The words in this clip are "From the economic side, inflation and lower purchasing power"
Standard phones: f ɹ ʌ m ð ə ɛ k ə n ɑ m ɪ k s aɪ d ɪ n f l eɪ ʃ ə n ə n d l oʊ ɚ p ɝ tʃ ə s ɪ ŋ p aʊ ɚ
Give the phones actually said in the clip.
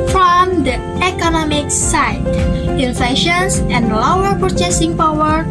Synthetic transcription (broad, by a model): f ɹ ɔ m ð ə ɛ k ə n ɑ m ɪ k s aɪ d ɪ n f eɪ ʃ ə n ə n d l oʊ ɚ p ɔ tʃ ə s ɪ ŋ p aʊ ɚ